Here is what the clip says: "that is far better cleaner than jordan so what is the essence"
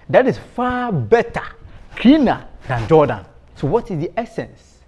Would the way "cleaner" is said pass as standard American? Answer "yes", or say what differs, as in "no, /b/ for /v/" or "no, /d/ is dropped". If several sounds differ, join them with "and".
no, /l/ is dropped